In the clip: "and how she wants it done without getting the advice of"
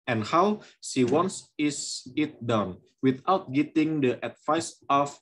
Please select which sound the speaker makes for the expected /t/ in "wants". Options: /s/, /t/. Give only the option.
/s/